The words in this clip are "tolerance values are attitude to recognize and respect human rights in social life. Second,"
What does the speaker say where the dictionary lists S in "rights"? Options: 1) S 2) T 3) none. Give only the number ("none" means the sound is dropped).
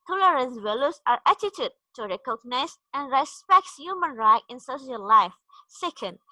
3